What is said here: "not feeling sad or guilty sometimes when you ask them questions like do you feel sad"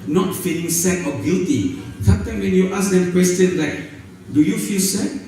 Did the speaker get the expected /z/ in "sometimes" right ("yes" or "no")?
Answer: no